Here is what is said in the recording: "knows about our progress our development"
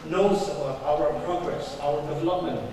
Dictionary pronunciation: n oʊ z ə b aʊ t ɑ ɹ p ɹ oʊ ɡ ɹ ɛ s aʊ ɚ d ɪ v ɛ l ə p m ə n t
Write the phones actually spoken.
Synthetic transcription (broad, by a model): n oʊ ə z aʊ ʌ ɹ p ɹ oʊ ɡ ɹ ɛ s aʊ ɚ d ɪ v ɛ l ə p m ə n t